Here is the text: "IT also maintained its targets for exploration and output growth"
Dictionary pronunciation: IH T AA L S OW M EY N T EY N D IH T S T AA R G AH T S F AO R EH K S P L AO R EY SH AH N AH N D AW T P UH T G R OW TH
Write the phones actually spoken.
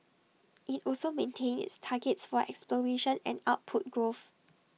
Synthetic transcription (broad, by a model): IH T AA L S OW M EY N T EY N IH T S T AA G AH T S F AO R EH K S P L AO R EY SH AH N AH N AW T P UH T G R OW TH